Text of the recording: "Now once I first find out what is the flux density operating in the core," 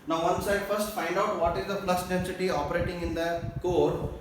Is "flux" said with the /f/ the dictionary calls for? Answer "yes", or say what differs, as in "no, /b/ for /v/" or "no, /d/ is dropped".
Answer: no, /p/ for /f/